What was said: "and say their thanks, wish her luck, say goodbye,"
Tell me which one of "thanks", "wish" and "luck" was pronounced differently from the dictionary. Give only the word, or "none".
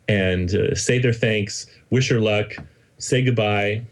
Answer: none